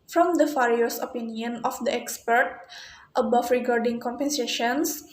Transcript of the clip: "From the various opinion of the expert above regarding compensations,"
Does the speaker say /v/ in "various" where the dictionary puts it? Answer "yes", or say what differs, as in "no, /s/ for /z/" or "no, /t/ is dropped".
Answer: no, /f/ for /v/